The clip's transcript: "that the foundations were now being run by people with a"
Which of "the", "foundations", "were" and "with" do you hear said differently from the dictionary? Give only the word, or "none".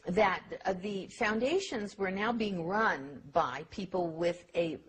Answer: none